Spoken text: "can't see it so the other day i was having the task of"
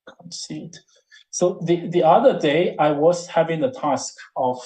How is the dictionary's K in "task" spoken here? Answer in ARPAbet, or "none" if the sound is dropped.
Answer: K